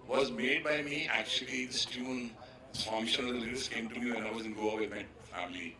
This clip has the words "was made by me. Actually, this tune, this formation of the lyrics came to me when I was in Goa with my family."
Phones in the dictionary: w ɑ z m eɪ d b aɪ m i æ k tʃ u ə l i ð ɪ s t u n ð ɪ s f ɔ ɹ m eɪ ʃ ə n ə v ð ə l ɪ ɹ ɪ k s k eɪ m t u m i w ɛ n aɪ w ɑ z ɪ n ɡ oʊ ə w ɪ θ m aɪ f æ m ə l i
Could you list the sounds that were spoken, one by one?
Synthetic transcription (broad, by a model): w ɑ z m eɪ d b aɪ m i æ k tʃ u ə l i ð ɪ s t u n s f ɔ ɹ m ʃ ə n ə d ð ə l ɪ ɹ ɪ s k eɪ m t u m i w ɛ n aɪ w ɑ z ɪ n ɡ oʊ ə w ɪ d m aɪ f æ m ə l i